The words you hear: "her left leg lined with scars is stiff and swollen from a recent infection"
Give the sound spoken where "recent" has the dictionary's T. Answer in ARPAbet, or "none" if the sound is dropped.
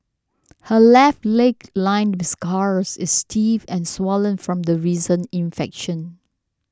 none